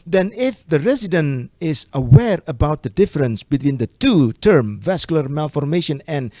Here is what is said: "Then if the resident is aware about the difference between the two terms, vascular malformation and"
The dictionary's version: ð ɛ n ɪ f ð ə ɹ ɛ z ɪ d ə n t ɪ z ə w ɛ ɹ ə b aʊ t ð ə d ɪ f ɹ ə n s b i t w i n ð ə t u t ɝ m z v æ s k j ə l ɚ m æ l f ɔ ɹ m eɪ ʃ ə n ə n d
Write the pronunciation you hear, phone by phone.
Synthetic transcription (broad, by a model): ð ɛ n ɪ f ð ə ɹ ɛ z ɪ d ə n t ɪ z ə w ɛ ɹ ə b aʊ t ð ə d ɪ f ɹ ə n s b i t w i n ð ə t u t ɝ m v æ s k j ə l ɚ m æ l f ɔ ɹ m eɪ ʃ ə n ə n